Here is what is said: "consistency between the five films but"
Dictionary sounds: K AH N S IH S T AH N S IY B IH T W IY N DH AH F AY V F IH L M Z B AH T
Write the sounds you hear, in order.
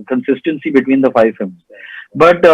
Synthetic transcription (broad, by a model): K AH N S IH S T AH N S IY B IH T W IY N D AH F AY V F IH M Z B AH T